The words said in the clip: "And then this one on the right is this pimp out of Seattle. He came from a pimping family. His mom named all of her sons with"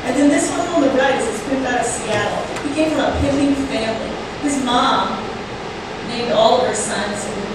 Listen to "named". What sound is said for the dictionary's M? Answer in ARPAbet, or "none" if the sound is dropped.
none